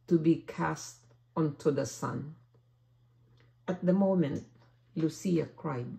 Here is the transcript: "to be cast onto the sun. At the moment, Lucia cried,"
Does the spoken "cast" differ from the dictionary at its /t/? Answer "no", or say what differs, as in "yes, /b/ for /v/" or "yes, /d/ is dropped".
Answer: no